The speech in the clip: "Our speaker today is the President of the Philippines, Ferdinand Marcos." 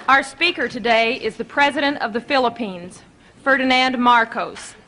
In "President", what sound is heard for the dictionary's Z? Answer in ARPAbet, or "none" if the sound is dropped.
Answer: Z